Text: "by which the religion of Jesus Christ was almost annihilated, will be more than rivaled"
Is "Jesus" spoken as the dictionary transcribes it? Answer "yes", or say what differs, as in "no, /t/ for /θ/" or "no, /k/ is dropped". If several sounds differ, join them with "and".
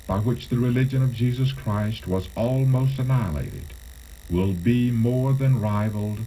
yes